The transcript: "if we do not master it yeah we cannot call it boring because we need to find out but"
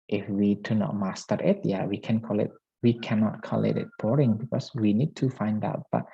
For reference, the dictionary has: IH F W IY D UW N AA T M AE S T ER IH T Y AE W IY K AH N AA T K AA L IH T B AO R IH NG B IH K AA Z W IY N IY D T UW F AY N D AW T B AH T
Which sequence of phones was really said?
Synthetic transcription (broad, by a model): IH F W IY D UW N AA T M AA S T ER IH T Y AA W IY K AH N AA T K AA L IH T B AO R IH NG B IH K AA S W IY N IY D T UW F AY N D AW T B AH T